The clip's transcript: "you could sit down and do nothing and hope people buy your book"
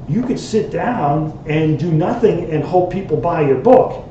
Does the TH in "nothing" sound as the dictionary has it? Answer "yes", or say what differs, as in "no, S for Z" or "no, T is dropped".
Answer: yes